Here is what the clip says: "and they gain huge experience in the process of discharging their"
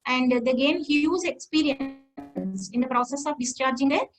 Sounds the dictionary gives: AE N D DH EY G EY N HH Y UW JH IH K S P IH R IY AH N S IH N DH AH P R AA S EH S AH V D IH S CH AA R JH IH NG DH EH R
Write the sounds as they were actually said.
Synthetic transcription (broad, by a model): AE N D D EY G EY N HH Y UW Z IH K S P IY R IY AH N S IH N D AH P R AA S EH S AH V D IH S CH AA R JH IH NG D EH